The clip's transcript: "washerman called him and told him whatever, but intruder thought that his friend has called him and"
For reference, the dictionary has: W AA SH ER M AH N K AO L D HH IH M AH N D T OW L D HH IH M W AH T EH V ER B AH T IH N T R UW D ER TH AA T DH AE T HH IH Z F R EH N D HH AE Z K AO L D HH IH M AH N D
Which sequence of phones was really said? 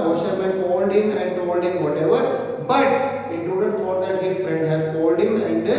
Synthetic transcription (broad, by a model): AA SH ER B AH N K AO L D HH IH M AH N D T OW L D HH IH M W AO T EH V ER B AH T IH T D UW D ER F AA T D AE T HH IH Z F R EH N D HH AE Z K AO L D HH IH M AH N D